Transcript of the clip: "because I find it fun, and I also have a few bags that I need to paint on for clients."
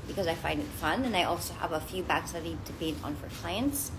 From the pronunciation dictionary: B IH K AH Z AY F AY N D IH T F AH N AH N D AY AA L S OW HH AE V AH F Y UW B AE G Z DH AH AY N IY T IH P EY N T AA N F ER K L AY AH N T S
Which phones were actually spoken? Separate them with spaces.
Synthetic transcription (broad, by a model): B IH K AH Z AY F AY N D IH T F AH N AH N AY AA L S OW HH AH V AH F Y UW B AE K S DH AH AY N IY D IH B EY T N F ER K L AY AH N T S